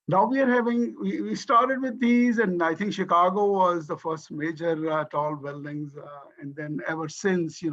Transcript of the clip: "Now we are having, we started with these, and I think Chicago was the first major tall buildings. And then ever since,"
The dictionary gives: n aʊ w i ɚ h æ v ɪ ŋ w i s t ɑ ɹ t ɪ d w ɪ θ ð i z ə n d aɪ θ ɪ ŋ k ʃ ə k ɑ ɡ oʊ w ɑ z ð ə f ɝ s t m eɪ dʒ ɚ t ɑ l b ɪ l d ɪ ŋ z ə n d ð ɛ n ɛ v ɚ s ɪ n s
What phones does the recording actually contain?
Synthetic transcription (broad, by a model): n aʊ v i ɚ h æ v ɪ ŋ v i s t ɑ ɹ t ɪ d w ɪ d i z ə n d aɪ t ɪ ŋ k ʃ ə k ɑ ɡ oʊ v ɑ z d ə f ɝ s t m eɪ dʒ ɚ t ɑ l b ɪ l d ɪ ŋ z ə n d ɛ n ɛ v ɚ s ɪ n s